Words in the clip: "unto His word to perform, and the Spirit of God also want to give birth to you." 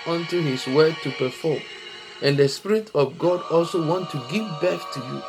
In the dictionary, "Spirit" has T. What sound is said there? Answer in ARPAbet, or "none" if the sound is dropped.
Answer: T